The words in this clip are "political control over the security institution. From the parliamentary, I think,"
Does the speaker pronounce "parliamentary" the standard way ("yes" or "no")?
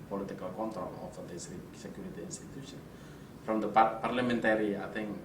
yes